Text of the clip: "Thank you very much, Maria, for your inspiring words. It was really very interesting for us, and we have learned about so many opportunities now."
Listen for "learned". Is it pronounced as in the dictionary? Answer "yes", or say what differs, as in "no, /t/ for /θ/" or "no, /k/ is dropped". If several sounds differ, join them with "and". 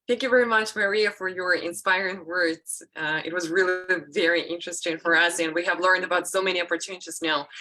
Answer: yes